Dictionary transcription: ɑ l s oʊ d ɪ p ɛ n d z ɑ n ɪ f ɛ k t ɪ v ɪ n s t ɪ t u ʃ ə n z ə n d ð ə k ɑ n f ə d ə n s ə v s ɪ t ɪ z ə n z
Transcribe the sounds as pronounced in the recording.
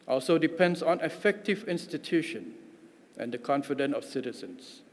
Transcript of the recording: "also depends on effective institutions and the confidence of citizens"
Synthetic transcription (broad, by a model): ɑ l s oʊ d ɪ p ɛ n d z ɑ n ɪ f ɛ k t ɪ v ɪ n s t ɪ t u ʃ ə n ə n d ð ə k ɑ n f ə d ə n ə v s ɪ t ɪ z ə n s